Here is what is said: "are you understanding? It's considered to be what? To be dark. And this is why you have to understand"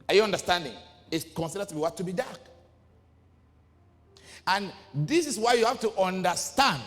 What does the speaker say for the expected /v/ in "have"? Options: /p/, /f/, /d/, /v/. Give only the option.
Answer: /f/